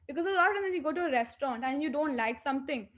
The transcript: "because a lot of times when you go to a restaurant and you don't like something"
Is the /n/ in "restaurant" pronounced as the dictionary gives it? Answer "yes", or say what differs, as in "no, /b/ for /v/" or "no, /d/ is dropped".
yes